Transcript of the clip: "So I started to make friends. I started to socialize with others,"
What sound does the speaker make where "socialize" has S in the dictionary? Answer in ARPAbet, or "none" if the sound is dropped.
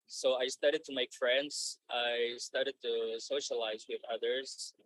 S